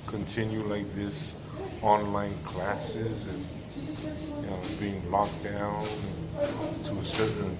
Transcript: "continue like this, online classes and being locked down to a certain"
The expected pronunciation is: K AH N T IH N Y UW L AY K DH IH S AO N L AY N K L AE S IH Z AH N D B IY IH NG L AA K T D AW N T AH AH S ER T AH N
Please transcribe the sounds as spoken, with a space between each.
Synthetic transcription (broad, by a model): K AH N T IH N Y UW L AY K DH IH S AO N L AY N K L AE S IH Z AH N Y B IY IH NG L AA K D AW N T AH AH S ER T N